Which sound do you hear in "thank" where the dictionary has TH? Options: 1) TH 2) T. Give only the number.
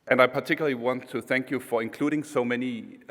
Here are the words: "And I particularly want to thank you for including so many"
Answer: 1